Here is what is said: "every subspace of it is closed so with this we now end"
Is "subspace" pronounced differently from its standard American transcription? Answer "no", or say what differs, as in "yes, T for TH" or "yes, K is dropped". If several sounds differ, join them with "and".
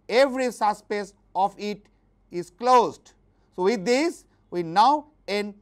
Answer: yes, B is dropped